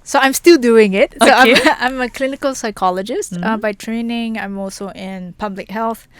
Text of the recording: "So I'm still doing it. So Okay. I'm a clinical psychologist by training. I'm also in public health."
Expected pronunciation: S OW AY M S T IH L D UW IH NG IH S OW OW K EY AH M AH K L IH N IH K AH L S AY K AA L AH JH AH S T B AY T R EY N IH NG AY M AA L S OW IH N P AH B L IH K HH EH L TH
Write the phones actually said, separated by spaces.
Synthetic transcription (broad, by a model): S OW AY M S T IH L D UW IH NG IH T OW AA AA AH M AH K L IH N IH K AH L S AY K AA L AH JH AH S T B AY T R EY N IH NG AY M AA L S OW IH N P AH B L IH K HH EH L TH